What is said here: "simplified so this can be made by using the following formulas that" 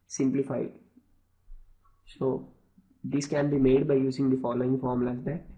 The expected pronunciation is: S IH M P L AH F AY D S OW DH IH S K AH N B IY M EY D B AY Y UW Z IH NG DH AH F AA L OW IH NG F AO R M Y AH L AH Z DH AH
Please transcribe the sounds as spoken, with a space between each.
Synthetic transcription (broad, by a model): S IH M P L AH F AY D S OW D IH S K AH N B IY M EY D B AY Y UW Z IH NG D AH F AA L OW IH NG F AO R M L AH AH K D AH